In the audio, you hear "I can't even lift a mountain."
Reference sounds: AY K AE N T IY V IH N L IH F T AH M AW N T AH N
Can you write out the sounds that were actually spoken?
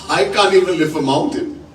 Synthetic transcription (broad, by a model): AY K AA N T IY V IH N L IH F AH M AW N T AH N